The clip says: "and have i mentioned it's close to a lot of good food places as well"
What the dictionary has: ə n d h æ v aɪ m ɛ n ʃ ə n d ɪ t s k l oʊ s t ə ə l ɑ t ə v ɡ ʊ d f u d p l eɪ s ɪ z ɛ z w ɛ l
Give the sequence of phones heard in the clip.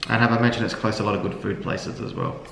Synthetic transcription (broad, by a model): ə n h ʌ v aɪ m ɛ n ʃ ə n d ɪ t s k l oʊ s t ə ə l ɑ t ə v ɡ ʊ d f u d p l eɪ s ɪ z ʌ z w ɛ l